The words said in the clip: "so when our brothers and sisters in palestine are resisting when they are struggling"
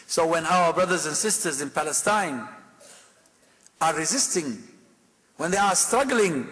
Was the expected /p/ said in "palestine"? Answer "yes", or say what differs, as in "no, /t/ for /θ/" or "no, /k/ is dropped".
yes